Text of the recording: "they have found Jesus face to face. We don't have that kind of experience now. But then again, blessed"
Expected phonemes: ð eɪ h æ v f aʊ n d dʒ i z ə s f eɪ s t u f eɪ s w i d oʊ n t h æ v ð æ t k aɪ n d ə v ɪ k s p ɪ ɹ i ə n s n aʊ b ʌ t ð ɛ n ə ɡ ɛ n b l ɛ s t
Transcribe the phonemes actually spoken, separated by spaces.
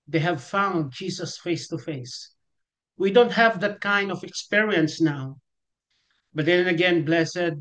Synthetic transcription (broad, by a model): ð eɪ h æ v f aʊ n d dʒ i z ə s f eɪ s t u f eɪ s w i d oʊ n t h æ v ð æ t k aɪ n d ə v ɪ k s p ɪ ɹ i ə n s n aʊ b ʌ t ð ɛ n ə ɡ ɛ n b l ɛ s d